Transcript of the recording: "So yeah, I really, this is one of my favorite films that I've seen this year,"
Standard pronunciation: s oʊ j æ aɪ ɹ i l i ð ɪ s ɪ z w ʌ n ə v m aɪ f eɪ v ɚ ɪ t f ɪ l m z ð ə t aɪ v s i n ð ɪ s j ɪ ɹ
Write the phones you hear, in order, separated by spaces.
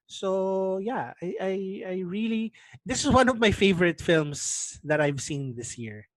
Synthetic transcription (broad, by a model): s oʊ j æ aɪ ɹ i l i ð ɪ s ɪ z w ʌ n ə v m aɪ f eɪ v ɚ ɪ t f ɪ l m s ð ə t aɪ v s i n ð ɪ s j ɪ ɹ